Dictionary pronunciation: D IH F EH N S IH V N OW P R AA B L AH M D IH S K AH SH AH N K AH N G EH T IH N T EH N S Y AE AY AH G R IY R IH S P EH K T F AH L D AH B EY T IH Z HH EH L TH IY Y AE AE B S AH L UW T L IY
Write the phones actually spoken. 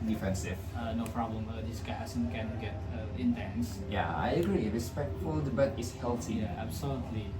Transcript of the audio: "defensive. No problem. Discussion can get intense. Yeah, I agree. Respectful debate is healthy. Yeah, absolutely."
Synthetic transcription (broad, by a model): D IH F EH N S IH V N OW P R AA B L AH M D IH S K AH S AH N K AH N G EH T IH N T EH N S Y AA AY AH G R IY R IH S P EH K T F AH L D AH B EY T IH S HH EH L T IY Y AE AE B S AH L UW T L IY